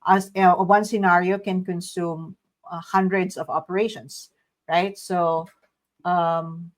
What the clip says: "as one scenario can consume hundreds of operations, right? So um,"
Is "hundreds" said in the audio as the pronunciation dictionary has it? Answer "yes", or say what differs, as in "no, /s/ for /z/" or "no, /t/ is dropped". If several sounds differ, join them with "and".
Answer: no, /s/ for /z/